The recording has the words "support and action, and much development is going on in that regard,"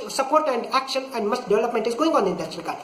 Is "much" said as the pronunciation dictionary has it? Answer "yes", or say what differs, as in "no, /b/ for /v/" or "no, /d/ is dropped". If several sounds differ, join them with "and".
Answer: no, /s/ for /tʃ/